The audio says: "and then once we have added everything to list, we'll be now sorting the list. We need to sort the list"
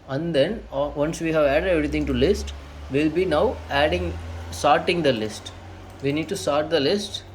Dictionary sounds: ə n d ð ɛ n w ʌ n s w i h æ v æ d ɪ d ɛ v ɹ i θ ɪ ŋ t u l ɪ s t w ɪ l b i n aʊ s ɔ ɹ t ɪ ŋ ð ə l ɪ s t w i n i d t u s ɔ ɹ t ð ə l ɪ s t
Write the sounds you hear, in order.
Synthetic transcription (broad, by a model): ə n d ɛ n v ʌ n s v i h æ v æ d ɪ d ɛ v ɹ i t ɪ ŋ t u l ɪ s t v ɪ l b i n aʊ s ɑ ɹ t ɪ ŋ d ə l ɪ s t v i n i d t u s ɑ ɹ t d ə l ɪ s t